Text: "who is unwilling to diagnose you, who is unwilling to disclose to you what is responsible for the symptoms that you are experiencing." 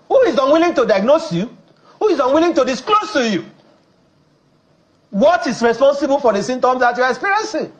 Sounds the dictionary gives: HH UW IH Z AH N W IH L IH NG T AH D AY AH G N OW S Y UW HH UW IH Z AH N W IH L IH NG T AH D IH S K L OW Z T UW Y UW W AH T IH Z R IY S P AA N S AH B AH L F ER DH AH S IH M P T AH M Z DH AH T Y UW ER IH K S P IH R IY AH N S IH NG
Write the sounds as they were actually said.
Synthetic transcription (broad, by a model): HH UW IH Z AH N W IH L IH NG T AH D AY AH G N OW S Y UW HH UW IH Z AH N W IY L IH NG T AH D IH S K L OW S T UW Y UW W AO T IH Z R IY S P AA N S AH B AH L F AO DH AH S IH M T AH M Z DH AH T Y UW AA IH K S P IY R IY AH N S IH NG